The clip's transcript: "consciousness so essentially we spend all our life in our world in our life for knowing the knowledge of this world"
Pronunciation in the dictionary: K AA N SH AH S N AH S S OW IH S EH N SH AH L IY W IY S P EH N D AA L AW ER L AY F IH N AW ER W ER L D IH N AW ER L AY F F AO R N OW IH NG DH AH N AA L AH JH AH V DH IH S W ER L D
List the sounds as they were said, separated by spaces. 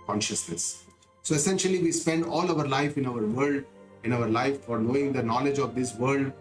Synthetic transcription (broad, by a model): K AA N SH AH S N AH S S OW IH S EH N SH AH L IY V IY S P EH N D AA L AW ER L AY F IH N AW ER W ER L D IH N AW ER L AY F F AO R N OW IH NG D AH N AA L AH JH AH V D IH S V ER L D